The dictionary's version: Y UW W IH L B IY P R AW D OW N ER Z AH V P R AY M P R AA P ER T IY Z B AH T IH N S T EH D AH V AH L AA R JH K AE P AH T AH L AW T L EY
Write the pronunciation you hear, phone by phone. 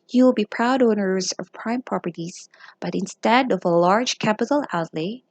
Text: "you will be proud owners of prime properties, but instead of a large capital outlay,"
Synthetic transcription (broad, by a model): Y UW W IH L B IY P R AW D OW N ER Z AH V P R AY M P R AA P ER T IY Z B AH T IH N S T EH D AH V AH L AA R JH K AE P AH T L AW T L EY